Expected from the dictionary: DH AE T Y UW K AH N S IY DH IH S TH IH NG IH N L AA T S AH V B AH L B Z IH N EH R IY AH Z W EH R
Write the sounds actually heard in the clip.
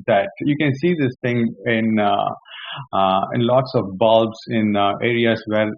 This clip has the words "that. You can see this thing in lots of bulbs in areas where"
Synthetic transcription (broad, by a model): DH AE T Y UW K AH N S IY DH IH S T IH NG IH N L AA T S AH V B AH L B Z IH N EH R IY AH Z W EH R